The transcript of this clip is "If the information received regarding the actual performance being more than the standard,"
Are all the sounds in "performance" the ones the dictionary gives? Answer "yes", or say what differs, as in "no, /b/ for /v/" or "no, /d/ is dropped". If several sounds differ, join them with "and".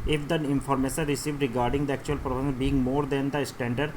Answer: no, /m/ is dropped